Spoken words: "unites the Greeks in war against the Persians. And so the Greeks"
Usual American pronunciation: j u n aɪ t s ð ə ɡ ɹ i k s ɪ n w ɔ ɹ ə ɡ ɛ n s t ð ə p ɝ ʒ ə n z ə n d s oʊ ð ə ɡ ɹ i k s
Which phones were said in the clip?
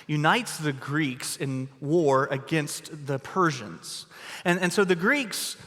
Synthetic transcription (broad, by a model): j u n aɪ t s ð ə ɡ ɹ i k s ɪ n w ɔ ɹ ə ɡ ɛ n s t ð ə p ɝ ʒ ə n z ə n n s oʊ ð ə ɡ ɹ i k s